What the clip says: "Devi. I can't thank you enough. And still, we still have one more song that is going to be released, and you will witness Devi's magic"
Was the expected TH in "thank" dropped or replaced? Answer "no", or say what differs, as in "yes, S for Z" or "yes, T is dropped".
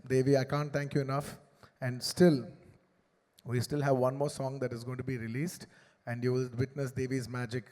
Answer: yes, T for TH